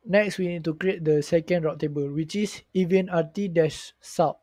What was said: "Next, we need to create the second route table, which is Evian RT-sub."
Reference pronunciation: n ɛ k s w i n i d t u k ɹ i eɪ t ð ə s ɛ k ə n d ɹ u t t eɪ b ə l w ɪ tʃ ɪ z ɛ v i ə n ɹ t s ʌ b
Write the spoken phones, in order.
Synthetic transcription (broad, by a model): n ɛ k s w i n i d t u k ɹ i eɪ t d ə s ɛ k ə n d ɹ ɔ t t eɪ b ə l w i tʃ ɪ s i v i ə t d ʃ s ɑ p